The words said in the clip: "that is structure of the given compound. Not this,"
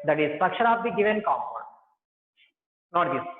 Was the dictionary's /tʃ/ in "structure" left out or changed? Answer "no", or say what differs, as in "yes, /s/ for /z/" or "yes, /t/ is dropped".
yes, /ʃ/ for /tʃ/